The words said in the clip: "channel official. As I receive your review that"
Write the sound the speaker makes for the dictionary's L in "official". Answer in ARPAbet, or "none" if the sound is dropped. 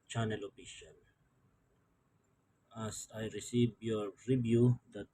N